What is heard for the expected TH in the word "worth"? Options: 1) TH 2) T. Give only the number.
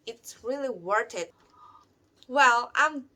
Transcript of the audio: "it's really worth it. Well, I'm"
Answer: 2